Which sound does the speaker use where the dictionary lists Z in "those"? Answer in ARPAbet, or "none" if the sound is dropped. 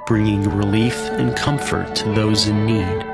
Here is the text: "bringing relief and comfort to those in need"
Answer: Z